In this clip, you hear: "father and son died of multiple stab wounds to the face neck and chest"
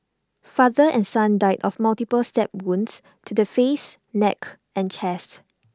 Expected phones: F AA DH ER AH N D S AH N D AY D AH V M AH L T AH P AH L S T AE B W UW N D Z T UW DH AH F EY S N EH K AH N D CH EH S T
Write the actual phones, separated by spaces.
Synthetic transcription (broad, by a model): F AA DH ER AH N S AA N D AY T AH F M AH L T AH P AH L S T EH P W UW N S T UW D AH F EY S N EH K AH N CH EH S T